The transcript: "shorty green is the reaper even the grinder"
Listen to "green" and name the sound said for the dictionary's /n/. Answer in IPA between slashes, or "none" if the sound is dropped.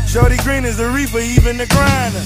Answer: /n/